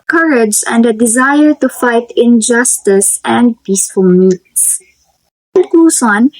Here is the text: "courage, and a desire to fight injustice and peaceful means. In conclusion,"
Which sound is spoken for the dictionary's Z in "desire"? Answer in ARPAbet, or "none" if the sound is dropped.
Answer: Z